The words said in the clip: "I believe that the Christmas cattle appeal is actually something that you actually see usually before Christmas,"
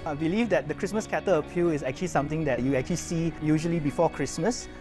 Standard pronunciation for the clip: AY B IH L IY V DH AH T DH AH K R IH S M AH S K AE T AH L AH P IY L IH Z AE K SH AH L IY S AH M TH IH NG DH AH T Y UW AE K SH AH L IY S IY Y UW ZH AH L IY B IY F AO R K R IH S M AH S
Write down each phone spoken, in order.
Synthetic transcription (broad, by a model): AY B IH L IY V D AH T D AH K R IH S M AH S K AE T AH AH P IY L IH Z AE K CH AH L IY S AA M T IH NG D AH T Y UW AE K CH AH L IY S IY Y UW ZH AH L IY B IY F AO K R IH S M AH S